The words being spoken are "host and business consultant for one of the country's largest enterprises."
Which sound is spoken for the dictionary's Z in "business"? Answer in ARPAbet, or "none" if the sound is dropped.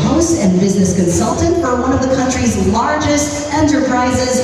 Z